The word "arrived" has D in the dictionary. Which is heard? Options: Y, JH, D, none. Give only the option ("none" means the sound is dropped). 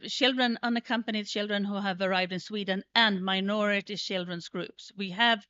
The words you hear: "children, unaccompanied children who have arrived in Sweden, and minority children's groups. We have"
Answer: D